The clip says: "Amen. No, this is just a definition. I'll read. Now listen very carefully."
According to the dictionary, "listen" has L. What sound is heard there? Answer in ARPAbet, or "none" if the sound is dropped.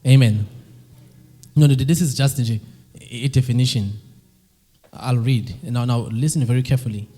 N